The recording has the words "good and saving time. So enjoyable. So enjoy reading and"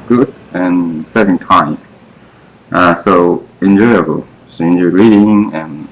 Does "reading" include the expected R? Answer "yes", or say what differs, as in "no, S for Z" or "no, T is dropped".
yes